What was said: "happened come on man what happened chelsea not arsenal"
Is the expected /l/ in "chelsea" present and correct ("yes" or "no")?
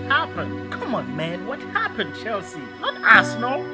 yes